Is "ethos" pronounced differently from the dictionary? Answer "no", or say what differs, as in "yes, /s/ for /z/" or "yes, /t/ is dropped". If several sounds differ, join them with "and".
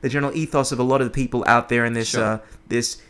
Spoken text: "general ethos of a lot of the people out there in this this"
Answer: no